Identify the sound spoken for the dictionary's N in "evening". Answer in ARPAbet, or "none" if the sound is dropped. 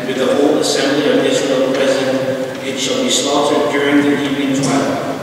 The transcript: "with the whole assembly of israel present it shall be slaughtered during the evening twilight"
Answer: none